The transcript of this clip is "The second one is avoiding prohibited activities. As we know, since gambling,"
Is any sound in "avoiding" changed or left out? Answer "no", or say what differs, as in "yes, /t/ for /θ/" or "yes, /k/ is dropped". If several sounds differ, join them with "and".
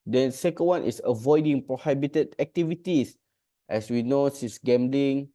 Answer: no